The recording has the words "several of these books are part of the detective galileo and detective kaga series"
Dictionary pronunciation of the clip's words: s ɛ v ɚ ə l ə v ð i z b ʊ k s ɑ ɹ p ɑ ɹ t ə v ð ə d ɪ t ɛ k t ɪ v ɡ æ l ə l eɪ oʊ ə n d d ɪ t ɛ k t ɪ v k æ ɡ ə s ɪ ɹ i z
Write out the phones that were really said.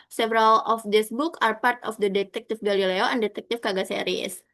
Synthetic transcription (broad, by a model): s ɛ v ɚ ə l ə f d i s b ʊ k ɑ ɹ p ɑ ɹ t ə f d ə d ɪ t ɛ k t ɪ f ɡ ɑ l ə l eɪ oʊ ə n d d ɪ t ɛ k t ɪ f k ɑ ɡ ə s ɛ ɹ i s